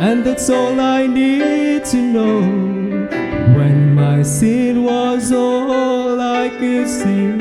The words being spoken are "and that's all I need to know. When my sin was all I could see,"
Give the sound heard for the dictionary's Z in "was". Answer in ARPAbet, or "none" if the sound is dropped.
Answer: Z